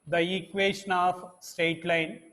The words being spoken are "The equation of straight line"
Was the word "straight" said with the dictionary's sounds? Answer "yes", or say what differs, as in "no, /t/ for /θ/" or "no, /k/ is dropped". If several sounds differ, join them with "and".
no, /ɹ/ is dropped